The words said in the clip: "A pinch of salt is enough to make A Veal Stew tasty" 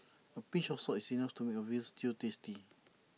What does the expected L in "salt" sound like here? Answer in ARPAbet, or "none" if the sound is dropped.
none